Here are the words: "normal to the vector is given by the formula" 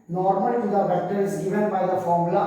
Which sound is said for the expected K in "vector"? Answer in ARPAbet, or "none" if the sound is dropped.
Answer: none